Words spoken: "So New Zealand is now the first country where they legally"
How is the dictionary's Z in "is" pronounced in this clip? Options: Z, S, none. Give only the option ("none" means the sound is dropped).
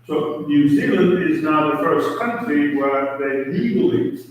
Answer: Z